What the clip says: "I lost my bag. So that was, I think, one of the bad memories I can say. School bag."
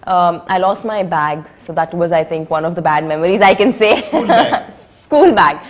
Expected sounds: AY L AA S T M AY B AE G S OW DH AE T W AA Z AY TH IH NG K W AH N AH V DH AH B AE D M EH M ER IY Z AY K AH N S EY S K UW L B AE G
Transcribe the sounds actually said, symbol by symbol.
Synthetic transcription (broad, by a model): AY L AA S T M AY B AE G S OW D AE T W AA Z AY T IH NG K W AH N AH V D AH B AE D M EH M ER IY Z AY K AH N S EY S K UW L B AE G